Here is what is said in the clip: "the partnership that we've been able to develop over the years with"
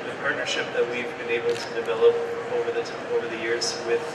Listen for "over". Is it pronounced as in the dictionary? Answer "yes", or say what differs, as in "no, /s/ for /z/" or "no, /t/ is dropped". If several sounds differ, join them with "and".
yes